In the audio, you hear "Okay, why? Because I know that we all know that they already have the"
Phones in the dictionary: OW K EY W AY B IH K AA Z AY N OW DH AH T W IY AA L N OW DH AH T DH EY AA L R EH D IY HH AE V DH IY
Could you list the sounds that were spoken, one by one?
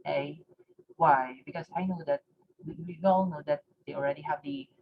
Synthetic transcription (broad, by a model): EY W AY B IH K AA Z AY N OW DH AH T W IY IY W N OW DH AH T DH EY AA L R EH D IY HH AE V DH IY